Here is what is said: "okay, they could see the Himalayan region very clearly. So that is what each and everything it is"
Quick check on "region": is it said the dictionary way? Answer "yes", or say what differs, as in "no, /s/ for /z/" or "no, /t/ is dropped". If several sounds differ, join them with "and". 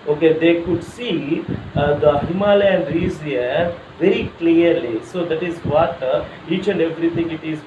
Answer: no, /z/ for /dʒ/